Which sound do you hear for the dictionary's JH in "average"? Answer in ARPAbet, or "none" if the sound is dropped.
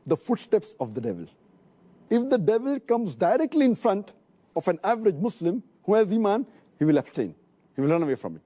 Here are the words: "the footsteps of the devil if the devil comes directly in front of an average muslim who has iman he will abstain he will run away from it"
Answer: JH